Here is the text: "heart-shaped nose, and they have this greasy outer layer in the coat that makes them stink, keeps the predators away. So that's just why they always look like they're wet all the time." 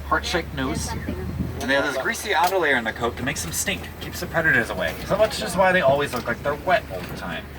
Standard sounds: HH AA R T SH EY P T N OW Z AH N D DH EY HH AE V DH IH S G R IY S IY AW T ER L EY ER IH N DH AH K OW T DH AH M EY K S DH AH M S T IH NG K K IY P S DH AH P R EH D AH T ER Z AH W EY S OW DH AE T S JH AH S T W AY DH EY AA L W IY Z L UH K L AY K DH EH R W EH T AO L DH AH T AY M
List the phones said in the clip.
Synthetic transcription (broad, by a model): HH AA R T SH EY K N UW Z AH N DH EY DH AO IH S G R IY S IY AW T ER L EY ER IH N DH AH K OW T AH M EY K S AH M S T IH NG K K IY P S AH P R EH D AH T ER Z AH W EY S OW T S JH AH S T W AY DH EY AA L W IY Z L UH K L AY K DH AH R W EH T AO L DH AH T AY M